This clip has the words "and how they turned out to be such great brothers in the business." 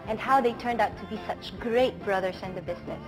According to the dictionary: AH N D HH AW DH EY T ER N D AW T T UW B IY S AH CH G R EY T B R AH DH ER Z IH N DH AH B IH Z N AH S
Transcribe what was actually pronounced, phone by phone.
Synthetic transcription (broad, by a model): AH N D HH AW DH EY T ER N D AW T T UW B IY S AH CH G R EY T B R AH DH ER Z IH N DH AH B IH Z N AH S